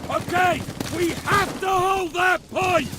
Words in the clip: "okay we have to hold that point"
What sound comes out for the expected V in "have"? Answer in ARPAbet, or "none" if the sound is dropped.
F